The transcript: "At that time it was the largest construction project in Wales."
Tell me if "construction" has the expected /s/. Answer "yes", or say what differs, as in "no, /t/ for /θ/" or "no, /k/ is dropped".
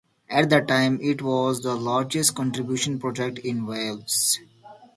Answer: no, /s/ is dropped